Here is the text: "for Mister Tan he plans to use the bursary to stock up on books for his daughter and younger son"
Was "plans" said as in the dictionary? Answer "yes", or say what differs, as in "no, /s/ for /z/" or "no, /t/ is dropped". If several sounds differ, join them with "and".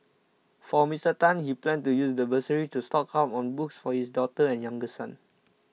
no, /z/ is dropped